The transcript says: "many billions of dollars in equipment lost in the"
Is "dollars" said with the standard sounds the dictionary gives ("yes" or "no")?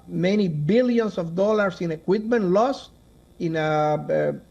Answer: no